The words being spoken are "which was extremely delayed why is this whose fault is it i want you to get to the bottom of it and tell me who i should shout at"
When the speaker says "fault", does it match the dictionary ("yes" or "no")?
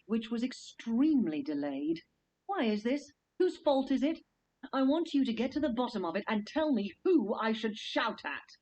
yes